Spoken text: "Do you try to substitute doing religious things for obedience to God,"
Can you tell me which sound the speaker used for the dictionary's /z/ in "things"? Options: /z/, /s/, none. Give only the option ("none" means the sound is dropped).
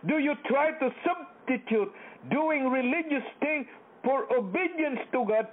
none